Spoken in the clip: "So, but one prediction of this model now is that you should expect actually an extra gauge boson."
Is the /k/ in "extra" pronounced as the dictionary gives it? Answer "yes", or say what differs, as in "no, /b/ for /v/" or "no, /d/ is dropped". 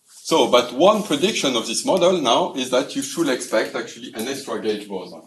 yes